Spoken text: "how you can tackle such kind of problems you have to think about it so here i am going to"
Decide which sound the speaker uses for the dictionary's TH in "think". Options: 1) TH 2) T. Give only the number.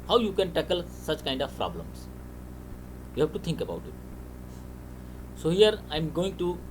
2